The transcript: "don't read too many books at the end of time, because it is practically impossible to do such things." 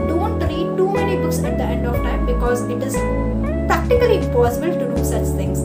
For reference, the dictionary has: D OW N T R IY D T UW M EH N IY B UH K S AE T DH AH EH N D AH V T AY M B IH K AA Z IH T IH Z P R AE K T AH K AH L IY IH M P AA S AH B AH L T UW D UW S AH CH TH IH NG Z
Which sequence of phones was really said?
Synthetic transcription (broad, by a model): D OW N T R IY D T UW M EH N IY B UH K S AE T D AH EH N D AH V T AY M B IH K AA Z IH T IH Z P R AE K T AH K AH L IY IH M P AA S AH B AH L T UW D UW S AH CH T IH NG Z